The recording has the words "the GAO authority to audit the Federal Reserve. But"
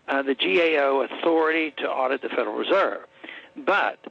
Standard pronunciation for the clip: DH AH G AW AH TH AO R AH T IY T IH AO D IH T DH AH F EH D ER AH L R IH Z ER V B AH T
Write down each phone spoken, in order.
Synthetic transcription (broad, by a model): DH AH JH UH AH TH AO R AH T IY T IH AO D IH T DH AH F EH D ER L R IH Z ER V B AH T